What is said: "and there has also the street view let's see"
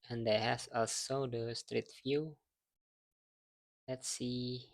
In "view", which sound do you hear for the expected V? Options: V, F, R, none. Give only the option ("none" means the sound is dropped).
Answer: F